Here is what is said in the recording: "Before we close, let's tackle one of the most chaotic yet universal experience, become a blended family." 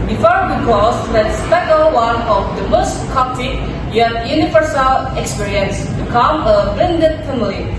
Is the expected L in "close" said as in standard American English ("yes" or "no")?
no